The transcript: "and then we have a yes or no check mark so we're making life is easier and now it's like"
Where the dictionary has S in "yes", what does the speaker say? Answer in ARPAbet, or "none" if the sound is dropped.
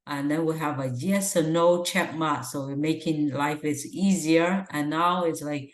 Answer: S